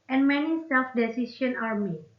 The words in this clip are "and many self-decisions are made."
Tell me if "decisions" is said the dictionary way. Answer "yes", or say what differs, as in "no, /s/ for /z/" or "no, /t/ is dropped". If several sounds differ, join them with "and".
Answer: no, /s/ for /ʒ/ and /z/ is dropped